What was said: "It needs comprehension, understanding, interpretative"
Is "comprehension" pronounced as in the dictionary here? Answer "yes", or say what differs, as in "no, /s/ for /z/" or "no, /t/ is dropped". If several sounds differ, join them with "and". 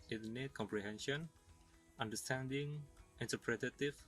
yes